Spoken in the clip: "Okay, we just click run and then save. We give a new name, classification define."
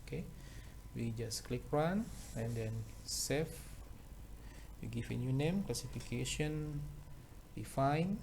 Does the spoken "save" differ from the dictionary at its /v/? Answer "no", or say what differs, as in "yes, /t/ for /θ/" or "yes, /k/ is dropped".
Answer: yes, /f/ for /v/